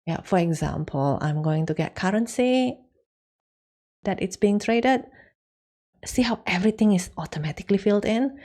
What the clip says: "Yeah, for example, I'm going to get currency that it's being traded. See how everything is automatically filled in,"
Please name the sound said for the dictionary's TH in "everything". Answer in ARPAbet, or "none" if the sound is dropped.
T